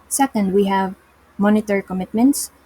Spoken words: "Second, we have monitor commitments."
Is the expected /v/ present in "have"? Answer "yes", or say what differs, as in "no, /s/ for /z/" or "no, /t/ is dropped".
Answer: yes